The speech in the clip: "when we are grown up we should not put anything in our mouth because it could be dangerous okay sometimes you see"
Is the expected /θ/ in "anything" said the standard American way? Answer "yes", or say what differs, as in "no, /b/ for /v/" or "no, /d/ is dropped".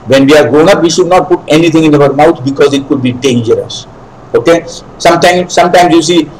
no, /t/ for /θ/